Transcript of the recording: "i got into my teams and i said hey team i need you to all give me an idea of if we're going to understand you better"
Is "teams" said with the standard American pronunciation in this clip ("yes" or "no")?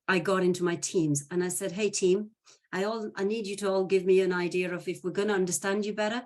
yes